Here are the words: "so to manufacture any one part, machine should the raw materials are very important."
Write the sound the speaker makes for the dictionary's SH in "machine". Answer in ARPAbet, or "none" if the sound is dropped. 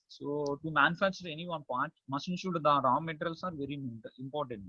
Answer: S